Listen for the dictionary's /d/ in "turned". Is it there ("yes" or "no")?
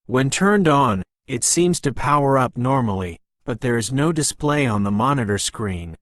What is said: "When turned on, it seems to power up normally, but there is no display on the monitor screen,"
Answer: yes